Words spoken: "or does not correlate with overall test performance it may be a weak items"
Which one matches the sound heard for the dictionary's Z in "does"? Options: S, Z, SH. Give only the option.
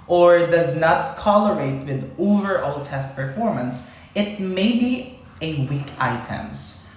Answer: Z